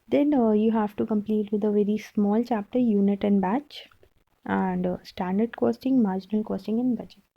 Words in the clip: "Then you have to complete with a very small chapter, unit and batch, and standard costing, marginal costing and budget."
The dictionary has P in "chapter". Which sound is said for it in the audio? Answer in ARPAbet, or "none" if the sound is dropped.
P